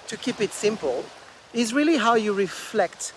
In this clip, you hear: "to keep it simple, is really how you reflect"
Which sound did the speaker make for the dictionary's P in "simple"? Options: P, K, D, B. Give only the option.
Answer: P